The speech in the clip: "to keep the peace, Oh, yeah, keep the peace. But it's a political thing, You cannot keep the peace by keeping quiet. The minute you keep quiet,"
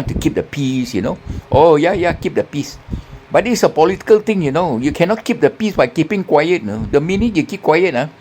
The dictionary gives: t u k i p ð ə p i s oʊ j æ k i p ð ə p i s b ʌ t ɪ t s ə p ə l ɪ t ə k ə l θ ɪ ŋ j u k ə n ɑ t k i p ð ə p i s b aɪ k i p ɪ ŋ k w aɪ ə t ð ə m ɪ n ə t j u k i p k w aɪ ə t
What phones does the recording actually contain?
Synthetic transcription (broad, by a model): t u k i p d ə p i s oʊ j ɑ k i p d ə p i s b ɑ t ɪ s ə p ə l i t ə k ə l t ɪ ŋ j u k ə n ɑ t k i p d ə p i s b aɪ k i p ɪ ŋ k w aɪ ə t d ə m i n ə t j u k i p k w aɪ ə t